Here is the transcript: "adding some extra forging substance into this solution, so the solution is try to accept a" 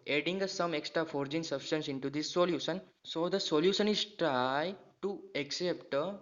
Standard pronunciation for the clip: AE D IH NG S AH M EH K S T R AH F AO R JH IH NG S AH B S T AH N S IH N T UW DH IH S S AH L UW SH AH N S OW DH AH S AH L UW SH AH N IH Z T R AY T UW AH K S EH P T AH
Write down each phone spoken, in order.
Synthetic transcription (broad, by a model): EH D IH NG S AH M EH K S T R AH F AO R JH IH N S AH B S T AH N S IH N T UW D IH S S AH L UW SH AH N S OW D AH S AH L UW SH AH N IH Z T R AY T UW AH K S EH P T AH